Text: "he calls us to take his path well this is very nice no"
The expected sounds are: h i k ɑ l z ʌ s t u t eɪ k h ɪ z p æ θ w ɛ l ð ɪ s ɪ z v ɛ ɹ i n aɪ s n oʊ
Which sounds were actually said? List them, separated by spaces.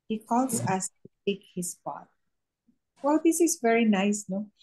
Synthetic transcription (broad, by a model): h i k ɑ l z ʌ s t u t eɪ k h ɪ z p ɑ t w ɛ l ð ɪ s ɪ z v ɛ ɹ i n aɪ s n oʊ